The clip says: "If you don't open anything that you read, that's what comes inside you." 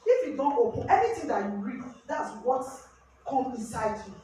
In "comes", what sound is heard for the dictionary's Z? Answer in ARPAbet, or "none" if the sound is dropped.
none